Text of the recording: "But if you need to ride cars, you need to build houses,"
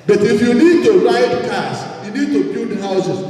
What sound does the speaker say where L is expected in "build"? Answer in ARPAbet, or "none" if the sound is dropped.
none